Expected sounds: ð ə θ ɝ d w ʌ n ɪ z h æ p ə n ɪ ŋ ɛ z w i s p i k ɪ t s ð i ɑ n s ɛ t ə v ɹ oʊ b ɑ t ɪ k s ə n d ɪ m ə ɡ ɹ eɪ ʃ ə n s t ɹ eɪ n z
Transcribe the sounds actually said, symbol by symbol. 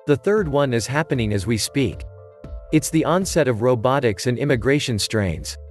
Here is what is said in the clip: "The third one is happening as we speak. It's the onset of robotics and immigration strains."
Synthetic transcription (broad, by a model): ð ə θ ɝ d w ʌ n ɪ z h æ p ə n ɪ ŋ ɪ z w i s p i k ɪ t s ð i ɑ n s ɛ t ə v ɹ oʊ b ɑ t ɪ k s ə n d ɪ m ə ɡ ɹ eɪ ʃ ə n s t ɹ eɪ n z